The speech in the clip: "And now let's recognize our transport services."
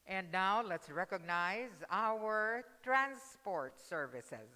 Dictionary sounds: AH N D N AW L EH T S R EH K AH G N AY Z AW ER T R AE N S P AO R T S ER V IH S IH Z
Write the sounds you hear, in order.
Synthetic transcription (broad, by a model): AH N D N AW L EH T S R EH K AH G N AY Z AW ER T R AE N S P AO R T S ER V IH S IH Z